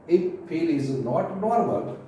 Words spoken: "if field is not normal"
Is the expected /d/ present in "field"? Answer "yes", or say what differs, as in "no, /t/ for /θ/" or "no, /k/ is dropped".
no, /d/ is dropped